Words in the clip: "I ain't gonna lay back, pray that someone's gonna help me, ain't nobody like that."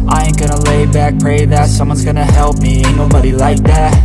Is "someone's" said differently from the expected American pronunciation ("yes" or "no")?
no